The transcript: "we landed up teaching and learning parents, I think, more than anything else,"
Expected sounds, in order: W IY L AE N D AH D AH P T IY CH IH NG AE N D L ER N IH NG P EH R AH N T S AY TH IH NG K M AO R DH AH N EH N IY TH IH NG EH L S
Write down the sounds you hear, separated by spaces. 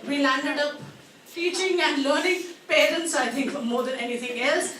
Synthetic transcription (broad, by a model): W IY L AE N D AH D AH P T IY CH IH NG AE N D L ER N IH NG P EH R AH N T S AY T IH NG K M AO R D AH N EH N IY T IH NG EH L S